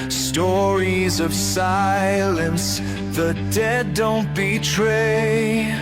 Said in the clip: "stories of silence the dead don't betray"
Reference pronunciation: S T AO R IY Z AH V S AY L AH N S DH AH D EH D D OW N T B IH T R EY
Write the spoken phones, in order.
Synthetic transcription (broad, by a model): S T AO R IY Z AH V S AY L AH N S DH AH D EH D D OW N T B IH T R EY